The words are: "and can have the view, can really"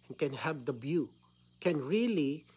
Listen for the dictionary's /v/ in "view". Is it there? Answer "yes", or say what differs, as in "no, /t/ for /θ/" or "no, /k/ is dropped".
no, /b/ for /v/